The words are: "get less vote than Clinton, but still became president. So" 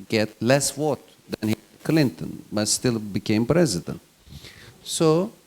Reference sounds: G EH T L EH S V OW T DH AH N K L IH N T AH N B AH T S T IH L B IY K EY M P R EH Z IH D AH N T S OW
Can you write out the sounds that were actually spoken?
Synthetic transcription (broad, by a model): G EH T L EH S W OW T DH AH N K L IH N T AH N B AH T S T IH L B IY K EY M P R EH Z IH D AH N T S OW